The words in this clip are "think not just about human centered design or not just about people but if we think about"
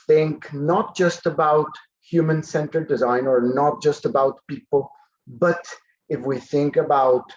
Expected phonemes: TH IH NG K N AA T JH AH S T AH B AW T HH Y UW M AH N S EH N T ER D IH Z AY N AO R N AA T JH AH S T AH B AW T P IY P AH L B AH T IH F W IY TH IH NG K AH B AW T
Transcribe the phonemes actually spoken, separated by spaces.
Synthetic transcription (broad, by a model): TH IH NG K N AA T JH AH S T AH B AW T HH Y UW M AH N S EH N T ER D IH Z AY N AO R N AA T JH AH S T AH B AW T P IY P AH L B AH T IH F W IY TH IH NG K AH B AW T